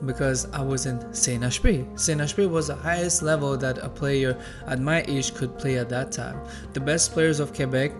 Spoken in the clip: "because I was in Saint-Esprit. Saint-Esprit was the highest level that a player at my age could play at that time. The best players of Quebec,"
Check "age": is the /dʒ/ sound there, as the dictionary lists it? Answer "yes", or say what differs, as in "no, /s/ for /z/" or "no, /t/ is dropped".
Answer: no, /ʃ/ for /dʒ/